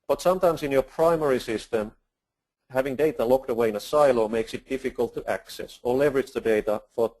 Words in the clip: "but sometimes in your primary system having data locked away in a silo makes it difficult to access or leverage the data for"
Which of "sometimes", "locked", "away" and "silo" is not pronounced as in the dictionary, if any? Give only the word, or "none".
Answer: sometimes